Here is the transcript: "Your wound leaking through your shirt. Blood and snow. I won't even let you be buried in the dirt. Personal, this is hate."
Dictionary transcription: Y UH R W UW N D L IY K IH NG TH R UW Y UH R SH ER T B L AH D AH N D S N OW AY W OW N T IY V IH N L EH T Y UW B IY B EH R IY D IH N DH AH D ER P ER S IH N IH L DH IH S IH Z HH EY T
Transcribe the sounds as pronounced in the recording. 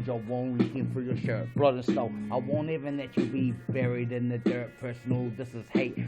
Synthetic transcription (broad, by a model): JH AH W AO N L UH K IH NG F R Y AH R SH ER T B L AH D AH N S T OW AY W OW N T IY V IH N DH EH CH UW B IY B EH R IY D IH N DH AH D ER P ER S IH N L DH IH S IH Z HH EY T